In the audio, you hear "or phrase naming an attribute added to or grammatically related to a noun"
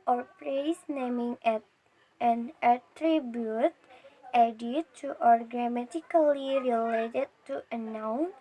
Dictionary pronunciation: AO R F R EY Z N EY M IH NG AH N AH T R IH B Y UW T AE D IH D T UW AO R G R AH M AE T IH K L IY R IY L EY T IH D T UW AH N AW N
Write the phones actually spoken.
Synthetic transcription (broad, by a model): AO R P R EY S N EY M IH NG AH N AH T R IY B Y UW T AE D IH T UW AO R G R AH M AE T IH K L IY R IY L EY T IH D T UW AH N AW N